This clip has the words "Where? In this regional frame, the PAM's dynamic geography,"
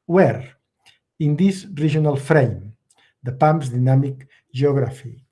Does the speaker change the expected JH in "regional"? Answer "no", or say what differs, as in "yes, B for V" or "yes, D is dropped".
yes, ZH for JH